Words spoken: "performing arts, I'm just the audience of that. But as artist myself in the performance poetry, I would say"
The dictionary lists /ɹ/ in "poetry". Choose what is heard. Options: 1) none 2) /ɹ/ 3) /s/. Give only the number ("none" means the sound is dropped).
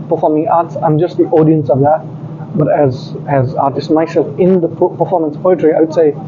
2